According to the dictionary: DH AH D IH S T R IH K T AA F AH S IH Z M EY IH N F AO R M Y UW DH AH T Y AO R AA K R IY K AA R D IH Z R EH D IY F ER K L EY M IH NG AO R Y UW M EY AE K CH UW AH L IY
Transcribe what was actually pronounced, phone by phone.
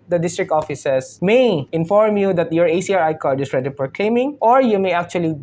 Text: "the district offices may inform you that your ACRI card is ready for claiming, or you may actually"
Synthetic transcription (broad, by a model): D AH D IH S T R IH K T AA F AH S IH S M EY IH N F AO R M Y UW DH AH T Y AO R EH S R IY K AA R D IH S R EH D IY P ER K L EY M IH NG AO R Y UW M EY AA K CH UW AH L IY